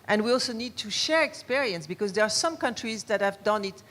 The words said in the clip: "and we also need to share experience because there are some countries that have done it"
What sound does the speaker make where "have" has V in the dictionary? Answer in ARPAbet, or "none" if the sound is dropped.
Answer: V